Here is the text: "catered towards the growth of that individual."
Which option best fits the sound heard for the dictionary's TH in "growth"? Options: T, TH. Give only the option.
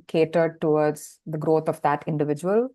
T